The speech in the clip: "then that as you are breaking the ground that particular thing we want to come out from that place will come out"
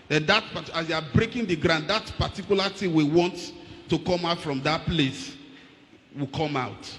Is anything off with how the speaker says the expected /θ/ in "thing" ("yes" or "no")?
yes